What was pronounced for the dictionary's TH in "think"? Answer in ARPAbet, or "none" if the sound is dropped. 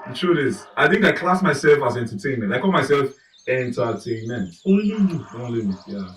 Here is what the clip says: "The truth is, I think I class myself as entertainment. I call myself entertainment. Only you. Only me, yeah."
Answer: TH